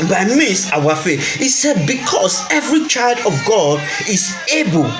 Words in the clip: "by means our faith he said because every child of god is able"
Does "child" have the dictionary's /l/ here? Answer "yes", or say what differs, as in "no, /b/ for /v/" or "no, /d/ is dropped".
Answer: yes